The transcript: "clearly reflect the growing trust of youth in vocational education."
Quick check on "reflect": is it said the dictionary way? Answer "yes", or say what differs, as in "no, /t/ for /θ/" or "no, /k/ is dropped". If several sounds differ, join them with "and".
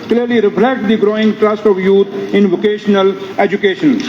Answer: no, /p/ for /f/